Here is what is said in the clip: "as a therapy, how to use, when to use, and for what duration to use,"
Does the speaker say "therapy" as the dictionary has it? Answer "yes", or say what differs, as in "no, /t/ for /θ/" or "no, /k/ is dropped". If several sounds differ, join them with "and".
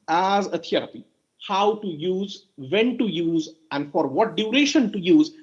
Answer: no, /t/ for /θ/